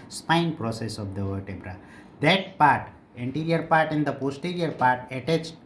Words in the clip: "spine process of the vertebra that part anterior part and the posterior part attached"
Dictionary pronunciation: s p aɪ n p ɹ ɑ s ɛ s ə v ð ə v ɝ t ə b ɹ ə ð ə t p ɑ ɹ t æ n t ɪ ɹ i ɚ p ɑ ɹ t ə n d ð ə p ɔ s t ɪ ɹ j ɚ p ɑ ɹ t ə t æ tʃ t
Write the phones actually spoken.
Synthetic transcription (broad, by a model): s p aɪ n p ɹ ɑ s ɛ s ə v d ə v ɝ t ə b ɹ ə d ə t p ɑ ɹ t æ n t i ɹ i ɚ p ɑ ɹ t ə n d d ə p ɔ s t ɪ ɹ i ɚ p ɑ ɹ t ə t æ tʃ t